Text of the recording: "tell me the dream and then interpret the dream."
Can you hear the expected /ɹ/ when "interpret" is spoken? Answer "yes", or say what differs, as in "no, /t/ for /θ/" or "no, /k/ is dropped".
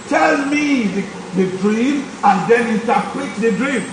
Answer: no, /l/ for /ɹ/